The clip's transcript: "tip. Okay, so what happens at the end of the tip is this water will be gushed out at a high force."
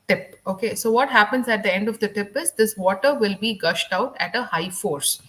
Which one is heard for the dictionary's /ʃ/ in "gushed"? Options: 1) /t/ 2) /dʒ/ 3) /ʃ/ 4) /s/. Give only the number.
3